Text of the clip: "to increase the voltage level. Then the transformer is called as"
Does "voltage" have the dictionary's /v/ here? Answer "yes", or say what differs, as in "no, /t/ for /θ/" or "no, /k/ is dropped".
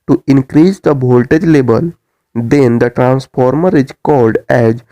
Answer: no, /b/ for /v/